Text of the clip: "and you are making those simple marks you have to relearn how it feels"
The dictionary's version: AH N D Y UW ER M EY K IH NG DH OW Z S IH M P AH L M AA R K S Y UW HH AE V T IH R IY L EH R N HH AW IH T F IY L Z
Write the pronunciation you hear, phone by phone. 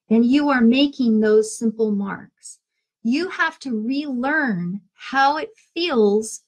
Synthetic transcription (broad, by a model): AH N Y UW ER M EY K IH NG DH OW Z S IH M P L M AA R K S Y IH HH AE F T IH R IY L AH R N HH AW IH T F IY L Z